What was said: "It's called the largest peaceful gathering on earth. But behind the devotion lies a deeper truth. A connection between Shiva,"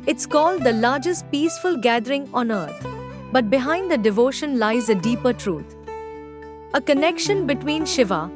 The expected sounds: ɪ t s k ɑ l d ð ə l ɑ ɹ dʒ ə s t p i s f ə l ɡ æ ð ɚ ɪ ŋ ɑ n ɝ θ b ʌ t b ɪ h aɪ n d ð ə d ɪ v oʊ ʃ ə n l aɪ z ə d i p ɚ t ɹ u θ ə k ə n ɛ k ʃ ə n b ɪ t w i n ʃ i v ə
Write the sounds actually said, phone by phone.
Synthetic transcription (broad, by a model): ɪ t s k ɑ l d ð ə l ɑ ɹ dʒ ə s t p i s f ə l ɡ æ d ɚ ɪ ŋ ɑ n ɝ t b ʌ t b ɪ h aɪ n d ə d ɪ v oʊ ʃ ə n l aɪ z ə d i p ɚ t ɹ u t ə k ə n ɛ k ʃ ə n b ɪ t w i n ʃ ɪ v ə